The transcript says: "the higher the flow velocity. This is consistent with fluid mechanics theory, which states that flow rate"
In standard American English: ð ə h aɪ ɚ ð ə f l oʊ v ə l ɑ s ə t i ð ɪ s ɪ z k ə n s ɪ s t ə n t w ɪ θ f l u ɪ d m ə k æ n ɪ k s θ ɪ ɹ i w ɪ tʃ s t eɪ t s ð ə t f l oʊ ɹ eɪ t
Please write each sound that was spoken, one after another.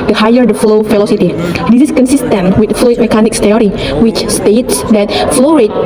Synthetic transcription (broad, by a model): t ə h aɪ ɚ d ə f l oʊ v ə l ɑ s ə t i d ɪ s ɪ s k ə n s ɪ s t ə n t w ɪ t f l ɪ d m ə k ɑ n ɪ k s t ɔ ɹ i w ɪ tʃ s t eɪ t s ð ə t f l oʊ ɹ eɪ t